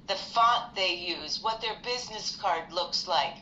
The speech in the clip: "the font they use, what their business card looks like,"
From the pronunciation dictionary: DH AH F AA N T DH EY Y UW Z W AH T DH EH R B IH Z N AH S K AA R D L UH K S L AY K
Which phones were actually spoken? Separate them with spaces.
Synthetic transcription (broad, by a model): DH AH F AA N DH EY Y UW Z W AH T DH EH R B IH Z N AH S K AA R D L UH K S L AY K